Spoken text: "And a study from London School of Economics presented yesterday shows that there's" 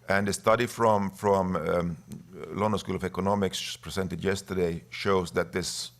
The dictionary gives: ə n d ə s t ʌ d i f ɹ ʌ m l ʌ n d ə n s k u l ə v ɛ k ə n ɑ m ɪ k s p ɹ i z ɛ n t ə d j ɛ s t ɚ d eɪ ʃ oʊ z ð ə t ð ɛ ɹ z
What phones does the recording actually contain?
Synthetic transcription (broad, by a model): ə n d ə s t ʌ d i f ɹ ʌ m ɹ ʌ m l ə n s k u l ə v ɛ k ə n ɑ m ɪ k s p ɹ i s ɛ n t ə d j ɛ s t ɚ d eɪ ʃ oʊ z ð ə t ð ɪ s